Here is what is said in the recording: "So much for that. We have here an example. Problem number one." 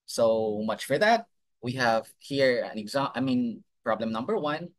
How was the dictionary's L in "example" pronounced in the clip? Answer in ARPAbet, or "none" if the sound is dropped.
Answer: N